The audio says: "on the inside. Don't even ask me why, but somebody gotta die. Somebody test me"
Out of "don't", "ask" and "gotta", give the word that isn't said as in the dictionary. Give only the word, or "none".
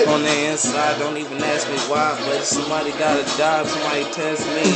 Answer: none